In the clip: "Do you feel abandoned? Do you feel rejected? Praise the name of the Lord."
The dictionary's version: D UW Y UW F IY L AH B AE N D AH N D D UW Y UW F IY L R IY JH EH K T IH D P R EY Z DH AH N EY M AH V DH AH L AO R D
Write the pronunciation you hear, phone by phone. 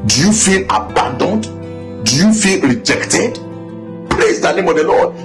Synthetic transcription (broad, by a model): D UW Y UW F IY L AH B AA N D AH N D D UW Y UW F IY L R IY JH EH K T IH D P L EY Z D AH N EY M AH V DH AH L AO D